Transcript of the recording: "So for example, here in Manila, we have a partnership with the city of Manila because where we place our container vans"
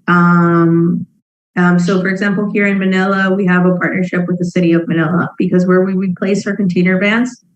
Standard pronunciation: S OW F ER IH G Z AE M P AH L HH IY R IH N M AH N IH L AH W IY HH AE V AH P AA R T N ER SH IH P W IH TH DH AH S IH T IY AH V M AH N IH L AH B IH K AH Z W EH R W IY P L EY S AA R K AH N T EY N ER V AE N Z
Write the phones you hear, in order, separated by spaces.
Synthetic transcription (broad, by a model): S OW F ER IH G Z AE M P L HH IY R IH N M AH N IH L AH W IY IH V AH P AA R T N ER SH IH P W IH DH AH S IH T IY AH V M AH N IH L AH B IH K AH Z W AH R W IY P L EY S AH R K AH N T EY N ER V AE N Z